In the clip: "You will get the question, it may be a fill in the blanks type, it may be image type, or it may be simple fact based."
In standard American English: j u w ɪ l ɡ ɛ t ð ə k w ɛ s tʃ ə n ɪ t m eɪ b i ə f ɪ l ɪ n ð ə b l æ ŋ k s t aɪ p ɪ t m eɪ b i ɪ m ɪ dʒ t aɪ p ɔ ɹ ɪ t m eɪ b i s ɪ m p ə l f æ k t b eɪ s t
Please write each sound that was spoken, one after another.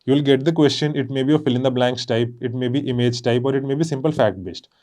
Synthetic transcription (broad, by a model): j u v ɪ l ɡ ɛ t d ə k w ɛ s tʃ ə n ɪ t m eɪ b i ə f ɪ l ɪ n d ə b l æ ŋ k s t aɪ p ɪ t m eɪ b i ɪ m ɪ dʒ t aɪ p ɔ ɹ ɪ t m eɪ b i s ɪ m p ə l f æ k t b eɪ s t